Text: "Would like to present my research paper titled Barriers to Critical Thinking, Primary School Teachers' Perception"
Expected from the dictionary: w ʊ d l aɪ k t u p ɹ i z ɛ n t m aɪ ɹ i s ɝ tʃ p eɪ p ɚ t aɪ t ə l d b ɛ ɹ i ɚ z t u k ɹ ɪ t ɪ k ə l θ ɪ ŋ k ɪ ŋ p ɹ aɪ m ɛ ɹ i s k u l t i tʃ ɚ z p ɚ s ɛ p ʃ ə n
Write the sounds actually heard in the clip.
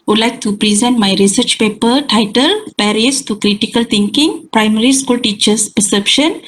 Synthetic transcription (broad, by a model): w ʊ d l aɪ k t u p ɹ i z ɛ n t m aɪ ɹ i s ɝ tʃ p eɪ p ɚ t aɪ t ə l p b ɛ ɹ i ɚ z t u k ɹ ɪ t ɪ k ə l t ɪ ŋ k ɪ ŋ p ɹ aɪ m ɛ ɹ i s k u l t i tʃ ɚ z p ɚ s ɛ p ʃ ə n